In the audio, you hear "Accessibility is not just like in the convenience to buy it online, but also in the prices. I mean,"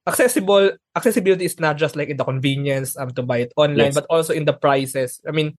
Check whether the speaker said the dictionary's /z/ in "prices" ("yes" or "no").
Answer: no